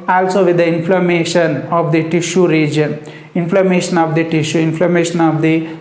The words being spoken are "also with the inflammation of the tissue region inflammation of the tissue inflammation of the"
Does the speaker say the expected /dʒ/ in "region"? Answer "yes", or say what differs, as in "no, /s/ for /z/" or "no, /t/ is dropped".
yes